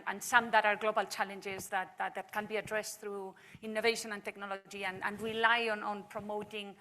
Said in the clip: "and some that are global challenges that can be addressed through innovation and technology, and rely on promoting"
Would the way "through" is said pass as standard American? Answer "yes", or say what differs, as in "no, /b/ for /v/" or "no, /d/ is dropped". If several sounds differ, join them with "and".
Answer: yes